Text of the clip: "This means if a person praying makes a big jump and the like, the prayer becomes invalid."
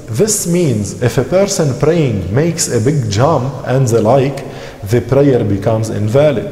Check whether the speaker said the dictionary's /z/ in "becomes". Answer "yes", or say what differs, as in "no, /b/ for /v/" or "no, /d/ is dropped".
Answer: yes